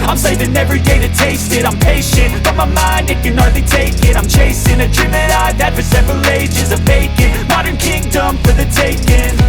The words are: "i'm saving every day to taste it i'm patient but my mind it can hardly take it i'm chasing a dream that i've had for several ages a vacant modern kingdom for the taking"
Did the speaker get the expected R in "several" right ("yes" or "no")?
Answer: yes